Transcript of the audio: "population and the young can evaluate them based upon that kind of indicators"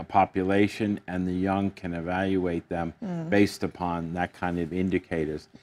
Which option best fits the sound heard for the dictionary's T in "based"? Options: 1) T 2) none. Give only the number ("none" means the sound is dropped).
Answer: 1